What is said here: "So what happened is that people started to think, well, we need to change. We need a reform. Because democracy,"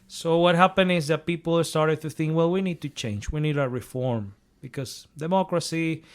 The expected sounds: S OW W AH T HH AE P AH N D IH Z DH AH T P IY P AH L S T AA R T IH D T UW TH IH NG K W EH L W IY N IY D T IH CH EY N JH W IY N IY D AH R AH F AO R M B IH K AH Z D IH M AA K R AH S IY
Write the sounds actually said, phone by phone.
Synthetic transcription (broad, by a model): S OW W AH T HH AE P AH N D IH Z DH AH T P IY P L S T AA R T IH D T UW TH IH NG K W EH L W IY N IY D T IH CH EY N JH W IY N IY D AH R AH F AO R M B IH K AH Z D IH M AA K R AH S IY